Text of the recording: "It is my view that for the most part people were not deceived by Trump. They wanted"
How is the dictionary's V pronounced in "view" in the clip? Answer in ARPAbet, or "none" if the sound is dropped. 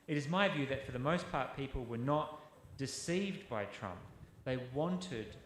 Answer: V